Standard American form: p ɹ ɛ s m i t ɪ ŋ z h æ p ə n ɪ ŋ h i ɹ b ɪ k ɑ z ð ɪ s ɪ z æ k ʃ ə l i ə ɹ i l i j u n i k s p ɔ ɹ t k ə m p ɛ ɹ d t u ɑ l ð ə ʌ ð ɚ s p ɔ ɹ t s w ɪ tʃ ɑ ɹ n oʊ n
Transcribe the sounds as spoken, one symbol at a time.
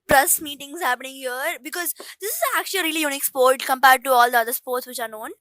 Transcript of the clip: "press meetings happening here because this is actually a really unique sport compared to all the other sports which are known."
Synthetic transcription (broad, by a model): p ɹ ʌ s m i t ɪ ŋ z h æ p ə n ɪ ŋ h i ɹ b ɪ k ɑ z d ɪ s ɪ z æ k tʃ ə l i ɹ i l i j u n i k s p ɔ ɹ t k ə m p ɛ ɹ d t u ɑ l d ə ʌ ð ɚ s p ɔ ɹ t s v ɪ tʃ ɑ ɹ n oʊ n